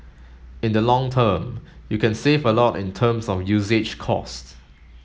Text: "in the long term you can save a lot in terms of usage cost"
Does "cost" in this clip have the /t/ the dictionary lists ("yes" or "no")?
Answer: yes